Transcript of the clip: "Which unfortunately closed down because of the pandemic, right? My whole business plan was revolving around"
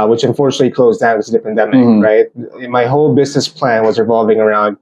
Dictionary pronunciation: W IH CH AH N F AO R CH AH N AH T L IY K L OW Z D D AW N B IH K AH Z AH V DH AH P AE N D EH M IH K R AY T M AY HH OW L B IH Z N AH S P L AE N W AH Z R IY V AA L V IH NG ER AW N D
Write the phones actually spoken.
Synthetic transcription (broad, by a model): W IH CH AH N F AO R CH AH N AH T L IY K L OW Z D D AW N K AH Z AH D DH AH P AE N D EH M IH K R AY T M AY HH OW L B IH Z N AH S P L AE N W AH Z R IY V AA L V IH NG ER AW N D